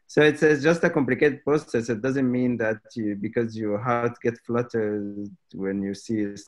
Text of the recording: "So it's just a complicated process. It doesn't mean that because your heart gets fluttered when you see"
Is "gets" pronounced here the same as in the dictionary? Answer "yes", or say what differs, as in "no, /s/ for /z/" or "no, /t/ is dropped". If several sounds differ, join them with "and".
no, /s/ is dropped